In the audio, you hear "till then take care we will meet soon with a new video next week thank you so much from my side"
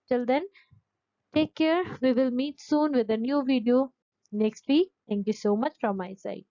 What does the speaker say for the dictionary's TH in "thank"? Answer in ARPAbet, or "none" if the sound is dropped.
T